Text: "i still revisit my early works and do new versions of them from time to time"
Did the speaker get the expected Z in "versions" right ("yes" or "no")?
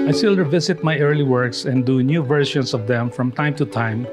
no